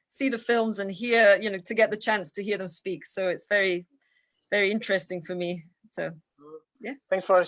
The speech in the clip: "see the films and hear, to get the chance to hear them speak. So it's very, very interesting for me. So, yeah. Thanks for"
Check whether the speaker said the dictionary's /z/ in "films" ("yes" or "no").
yes